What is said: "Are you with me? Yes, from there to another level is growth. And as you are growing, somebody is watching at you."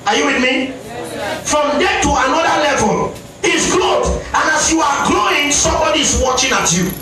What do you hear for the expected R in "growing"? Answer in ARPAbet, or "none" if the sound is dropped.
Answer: L